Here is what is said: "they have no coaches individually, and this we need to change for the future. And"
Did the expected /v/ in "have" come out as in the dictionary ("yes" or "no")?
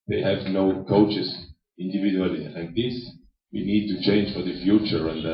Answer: yes